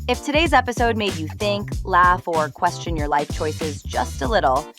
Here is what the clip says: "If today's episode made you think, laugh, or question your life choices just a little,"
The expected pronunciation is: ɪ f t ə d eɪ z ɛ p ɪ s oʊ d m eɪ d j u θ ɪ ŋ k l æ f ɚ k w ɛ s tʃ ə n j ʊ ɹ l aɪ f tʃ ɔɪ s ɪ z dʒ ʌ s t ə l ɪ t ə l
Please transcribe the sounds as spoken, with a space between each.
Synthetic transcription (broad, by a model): ɪ f t ə d eɪ z ɛ p ɪ s oʊ d m eɪ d j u θ ɪ ŋ k l æ f ɚ k w ɛ s tʃ ə n j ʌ ɹ l aɪ f tʃ ɔɪ s ɪ z dʒ ʌ s t ə l ɪ t l